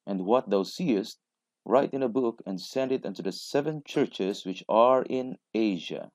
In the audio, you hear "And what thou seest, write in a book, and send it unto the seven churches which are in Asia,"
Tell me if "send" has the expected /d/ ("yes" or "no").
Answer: yes